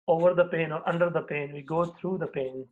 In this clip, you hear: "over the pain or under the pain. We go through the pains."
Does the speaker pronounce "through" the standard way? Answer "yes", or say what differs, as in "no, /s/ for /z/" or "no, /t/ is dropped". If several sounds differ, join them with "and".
no, /t/ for /θ/